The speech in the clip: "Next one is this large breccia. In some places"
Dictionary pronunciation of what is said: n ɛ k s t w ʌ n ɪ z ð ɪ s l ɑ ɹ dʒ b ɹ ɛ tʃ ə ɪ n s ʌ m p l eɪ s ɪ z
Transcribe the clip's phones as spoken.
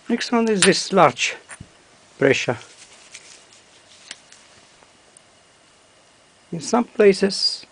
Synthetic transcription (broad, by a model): n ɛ k s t w ʌ n ɪ z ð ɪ s l ɑ ɹ dʒ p ɹ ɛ ʃ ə ɪ n s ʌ m p l eɪ s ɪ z